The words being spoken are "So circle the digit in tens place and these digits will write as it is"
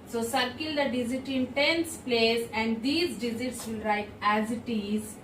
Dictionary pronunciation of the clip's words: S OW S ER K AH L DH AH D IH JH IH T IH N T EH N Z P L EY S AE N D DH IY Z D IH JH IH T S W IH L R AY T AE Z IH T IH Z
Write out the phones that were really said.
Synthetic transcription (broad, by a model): S OW S ER K AH L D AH D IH Z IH T IH N T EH N S P L EY S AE N D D IY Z D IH Z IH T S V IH L R AY T AE Z IH T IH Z